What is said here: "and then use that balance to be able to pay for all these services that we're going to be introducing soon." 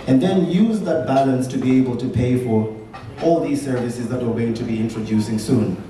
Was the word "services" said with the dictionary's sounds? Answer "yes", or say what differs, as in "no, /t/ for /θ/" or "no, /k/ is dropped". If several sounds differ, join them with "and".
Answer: yes